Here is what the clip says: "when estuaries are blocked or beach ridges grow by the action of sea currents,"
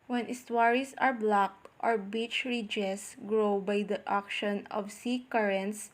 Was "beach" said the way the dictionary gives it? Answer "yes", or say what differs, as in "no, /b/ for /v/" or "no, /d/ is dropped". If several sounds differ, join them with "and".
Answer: yes